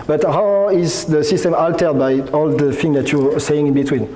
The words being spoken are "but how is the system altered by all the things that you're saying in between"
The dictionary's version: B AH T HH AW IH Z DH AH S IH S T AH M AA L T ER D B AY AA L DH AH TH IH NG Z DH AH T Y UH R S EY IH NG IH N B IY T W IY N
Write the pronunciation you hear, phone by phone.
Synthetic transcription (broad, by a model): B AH T HH AW IH Z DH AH S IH S T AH M AA L T ER D B AY AA L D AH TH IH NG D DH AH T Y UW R S EY IH NG IH N B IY T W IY N